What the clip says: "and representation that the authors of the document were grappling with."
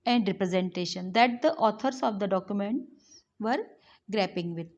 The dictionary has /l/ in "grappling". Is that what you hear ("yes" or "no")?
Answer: no